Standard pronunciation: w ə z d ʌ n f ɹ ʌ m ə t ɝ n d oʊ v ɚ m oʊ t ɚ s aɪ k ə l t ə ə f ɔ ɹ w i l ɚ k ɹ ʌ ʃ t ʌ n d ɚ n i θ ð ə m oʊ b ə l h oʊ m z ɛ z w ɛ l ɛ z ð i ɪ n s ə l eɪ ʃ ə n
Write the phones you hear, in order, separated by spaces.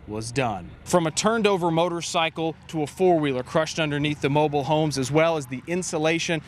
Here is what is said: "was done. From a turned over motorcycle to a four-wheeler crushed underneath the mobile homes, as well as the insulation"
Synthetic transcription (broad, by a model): w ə z d ʌ n f ɹ ʌ m ə t ɝ n d oʊ v ɚ m oʊ t ɚ s aɪ k l t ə ə f ɔ ɹ w i l ɚ k ɹ ʌ ʃ t ʌ n d ɚ n i θ ð ə m oʊ b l h oʊ m z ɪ z w ɛ l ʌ z ð i ɪ n s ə l eɪ ʃ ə n